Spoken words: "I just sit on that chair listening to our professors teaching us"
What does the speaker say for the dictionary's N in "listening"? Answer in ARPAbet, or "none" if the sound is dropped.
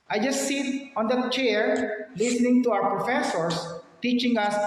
N